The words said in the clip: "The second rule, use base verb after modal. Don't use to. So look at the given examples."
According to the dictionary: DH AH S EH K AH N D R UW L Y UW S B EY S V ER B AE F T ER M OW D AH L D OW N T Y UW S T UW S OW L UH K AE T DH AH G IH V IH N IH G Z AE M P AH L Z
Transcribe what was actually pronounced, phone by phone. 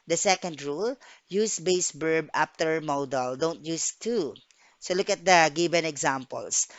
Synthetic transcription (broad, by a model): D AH S EH K AH N D R UW L Y UW S B EY S B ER B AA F T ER M OW D AH L D OW N T Y UW S T UW S OW L UH K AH T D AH G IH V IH N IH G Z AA M P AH L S